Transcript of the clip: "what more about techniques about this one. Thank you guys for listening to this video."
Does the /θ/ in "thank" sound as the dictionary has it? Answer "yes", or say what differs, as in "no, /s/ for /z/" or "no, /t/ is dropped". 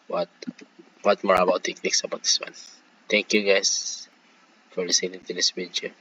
no, /t/ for /θ/